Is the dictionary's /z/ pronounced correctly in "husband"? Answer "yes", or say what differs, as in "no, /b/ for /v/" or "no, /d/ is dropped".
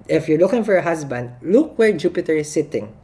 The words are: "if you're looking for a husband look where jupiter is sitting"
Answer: no, /s/ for /z/